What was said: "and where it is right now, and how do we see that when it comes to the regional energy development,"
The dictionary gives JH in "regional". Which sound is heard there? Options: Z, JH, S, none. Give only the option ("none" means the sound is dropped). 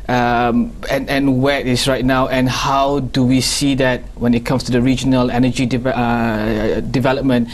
JH